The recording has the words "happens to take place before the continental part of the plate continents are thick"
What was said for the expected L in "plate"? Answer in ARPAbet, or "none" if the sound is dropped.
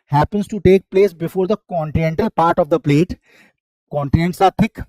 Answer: L